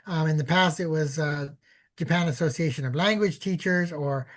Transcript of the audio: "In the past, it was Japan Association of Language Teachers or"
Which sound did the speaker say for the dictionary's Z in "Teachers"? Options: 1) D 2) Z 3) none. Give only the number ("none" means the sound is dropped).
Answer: 2